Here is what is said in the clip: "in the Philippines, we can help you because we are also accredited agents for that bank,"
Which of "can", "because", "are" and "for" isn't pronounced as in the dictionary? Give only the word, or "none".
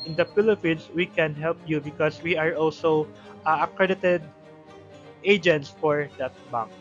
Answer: because